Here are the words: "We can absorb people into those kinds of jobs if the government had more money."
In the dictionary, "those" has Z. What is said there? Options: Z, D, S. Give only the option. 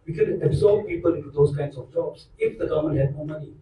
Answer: S